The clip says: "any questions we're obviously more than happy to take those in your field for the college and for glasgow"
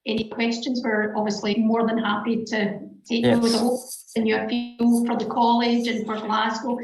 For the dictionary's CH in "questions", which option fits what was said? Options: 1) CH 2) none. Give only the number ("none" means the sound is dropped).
1